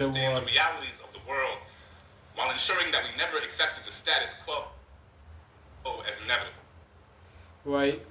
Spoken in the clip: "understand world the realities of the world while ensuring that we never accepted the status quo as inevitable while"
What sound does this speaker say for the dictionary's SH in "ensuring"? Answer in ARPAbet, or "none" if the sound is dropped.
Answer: SH